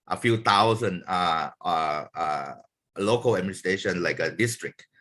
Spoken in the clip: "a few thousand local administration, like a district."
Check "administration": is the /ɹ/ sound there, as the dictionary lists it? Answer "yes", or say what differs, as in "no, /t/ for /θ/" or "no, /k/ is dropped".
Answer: no, /ɹ/ is dropped